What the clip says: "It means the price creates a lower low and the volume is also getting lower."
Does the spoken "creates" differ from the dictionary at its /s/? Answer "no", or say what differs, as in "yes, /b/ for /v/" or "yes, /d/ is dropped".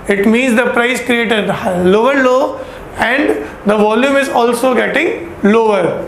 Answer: yes, /s/ is dropped